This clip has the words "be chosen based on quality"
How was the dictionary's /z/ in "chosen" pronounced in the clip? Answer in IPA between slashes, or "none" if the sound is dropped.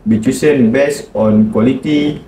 /s/